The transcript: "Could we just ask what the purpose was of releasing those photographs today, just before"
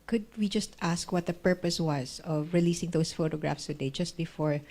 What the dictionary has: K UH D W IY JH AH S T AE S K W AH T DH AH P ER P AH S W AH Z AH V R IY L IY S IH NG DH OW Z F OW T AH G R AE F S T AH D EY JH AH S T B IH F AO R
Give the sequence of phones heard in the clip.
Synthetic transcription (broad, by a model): K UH D W IY JH AH S T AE S K W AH T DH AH P ER P AH S W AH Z AH V R IY L IY S IH NG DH OW S F OW T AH G R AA F S T AH D EY JH AH S T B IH F AO R